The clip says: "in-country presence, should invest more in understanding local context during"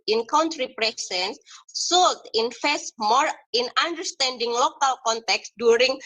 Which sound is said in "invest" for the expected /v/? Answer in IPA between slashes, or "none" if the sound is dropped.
/f/